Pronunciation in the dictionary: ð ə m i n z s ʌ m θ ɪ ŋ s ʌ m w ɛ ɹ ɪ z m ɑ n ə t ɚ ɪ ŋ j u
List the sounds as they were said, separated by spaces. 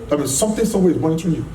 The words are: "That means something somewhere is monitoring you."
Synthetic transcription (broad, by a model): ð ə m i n s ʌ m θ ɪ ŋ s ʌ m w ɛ w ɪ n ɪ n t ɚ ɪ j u